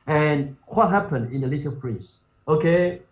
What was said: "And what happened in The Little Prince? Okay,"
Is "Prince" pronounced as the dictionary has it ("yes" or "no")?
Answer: no